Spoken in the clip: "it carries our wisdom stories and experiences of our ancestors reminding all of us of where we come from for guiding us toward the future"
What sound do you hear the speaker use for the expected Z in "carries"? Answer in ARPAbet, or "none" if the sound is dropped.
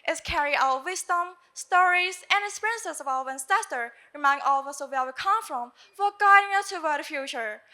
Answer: none